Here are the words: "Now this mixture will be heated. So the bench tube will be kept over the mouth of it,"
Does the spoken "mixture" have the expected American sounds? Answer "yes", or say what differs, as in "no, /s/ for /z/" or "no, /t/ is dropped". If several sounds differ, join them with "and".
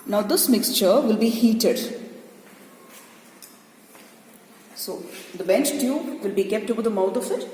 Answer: yes